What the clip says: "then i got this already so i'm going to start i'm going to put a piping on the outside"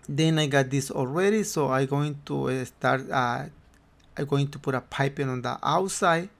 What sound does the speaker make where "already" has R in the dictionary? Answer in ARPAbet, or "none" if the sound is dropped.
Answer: L